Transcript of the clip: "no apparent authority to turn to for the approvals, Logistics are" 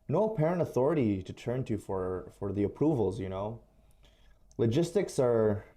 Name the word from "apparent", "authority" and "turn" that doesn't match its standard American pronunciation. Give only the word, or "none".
none